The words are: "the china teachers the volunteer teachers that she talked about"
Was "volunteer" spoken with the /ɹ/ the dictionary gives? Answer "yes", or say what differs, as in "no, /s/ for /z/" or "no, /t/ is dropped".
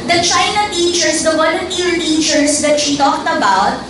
no, /l/ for /ɹ/